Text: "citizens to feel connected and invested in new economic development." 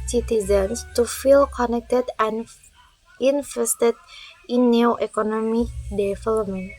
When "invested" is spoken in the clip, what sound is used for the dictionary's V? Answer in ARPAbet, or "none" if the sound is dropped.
F